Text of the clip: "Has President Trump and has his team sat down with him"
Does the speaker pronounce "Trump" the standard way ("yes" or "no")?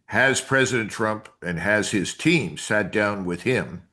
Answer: yes